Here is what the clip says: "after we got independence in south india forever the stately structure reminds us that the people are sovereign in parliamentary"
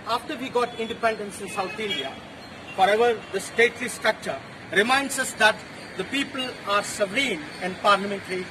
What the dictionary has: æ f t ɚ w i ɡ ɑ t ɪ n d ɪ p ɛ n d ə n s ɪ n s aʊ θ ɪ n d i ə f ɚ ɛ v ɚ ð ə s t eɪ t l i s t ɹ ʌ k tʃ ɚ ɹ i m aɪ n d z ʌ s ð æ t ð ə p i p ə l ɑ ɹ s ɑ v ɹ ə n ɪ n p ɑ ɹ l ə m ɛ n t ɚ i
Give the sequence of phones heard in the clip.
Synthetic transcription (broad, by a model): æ f t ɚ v i ɡ ɑ t ɪ n d ɪ p ɛ n d ə n s ɪ n s aʊ t ɪ n d i ə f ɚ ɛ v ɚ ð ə s t eɪ t l i s t ɹ ʌ k tʃ ɚ ɹ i m aɪ n d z ʌ s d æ t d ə p i p ə l ɑ ɹ s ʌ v ɹ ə n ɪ n p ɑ ɹ l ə m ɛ n t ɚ i